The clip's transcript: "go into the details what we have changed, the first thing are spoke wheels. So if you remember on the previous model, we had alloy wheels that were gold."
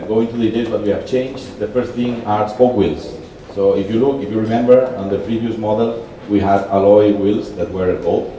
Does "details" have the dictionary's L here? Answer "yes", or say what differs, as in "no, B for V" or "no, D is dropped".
no, L is dropped